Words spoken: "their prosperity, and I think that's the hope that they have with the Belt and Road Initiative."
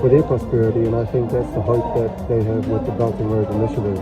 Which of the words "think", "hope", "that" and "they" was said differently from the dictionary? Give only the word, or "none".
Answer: none